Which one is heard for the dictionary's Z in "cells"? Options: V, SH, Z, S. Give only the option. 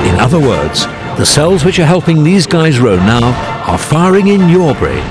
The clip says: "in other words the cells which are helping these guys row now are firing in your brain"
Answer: Z